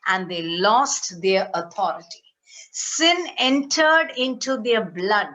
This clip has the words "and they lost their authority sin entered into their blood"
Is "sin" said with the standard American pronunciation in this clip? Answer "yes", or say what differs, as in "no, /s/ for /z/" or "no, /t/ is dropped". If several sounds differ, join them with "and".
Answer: yes